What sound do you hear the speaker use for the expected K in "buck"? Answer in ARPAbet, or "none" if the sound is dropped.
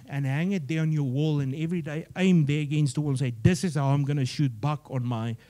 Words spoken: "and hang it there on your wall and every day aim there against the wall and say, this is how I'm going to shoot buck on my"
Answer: K